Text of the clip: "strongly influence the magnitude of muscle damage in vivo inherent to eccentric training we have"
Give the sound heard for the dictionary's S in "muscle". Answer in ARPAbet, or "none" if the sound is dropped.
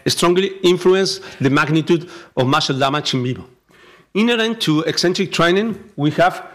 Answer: SH